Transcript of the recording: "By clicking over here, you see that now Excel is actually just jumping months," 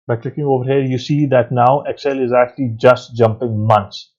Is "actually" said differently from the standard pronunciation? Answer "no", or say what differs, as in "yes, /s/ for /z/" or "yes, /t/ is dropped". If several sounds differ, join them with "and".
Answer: no